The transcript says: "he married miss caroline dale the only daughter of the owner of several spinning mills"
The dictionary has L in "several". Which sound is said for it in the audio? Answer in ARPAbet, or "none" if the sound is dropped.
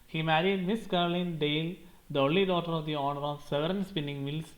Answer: N